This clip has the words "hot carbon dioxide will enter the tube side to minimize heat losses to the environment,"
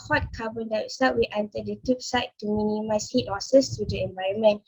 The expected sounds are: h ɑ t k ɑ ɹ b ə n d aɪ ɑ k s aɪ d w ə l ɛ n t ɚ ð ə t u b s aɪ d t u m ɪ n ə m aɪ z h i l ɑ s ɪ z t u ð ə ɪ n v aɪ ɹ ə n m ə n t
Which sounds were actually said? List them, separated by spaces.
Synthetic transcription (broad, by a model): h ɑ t k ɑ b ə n d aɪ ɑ s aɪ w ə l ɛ n t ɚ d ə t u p s aɪ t t u m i n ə m aɪ s h i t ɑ s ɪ s t u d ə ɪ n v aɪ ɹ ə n m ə n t